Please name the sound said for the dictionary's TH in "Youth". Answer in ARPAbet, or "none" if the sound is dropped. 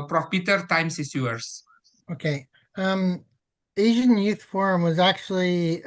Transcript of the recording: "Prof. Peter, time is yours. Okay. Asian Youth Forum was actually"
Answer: TH